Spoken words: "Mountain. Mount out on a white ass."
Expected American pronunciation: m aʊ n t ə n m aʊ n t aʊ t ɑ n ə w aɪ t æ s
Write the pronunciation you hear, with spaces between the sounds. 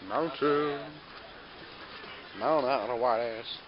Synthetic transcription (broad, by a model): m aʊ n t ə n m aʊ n aʊ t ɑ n ə w aɪ t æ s